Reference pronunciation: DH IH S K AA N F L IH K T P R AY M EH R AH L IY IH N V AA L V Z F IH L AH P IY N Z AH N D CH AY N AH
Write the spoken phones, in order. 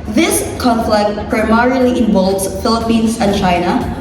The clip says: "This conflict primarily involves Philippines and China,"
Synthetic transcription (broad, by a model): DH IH S K AA N F L IH K T P R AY M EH R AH L IY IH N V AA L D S F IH L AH P IY N S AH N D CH AY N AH